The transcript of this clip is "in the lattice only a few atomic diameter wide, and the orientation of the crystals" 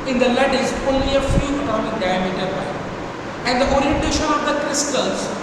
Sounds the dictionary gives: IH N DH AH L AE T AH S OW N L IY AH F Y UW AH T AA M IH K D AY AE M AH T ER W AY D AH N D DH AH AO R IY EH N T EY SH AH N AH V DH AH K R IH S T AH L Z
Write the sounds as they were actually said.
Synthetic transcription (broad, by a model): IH N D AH L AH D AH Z OW N L IY AH F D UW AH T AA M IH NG D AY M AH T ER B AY AH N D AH AO R IY EH N T EY SH AH N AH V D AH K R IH S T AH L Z